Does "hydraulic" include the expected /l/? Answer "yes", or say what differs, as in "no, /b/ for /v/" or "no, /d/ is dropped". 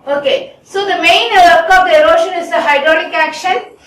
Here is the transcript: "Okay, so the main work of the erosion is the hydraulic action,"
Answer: no, /n/ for /l/